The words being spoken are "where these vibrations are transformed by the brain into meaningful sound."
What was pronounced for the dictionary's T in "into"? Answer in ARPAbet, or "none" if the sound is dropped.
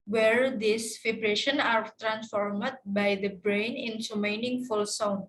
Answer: S